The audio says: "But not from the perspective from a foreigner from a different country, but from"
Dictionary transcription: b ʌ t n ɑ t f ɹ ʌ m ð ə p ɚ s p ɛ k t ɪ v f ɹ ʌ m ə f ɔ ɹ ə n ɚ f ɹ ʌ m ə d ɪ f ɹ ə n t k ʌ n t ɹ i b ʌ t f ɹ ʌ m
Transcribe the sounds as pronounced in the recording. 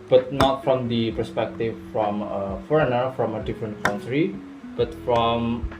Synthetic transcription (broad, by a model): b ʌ t n ɑ t f ɹ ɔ m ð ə p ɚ s p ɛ k t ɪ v f ɹ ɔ m ə f ɔ ɹ ə n ɚ f ɹ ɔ m ə d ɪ f ɹ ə n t k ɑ n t ɹ i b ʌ t f ɹ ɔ m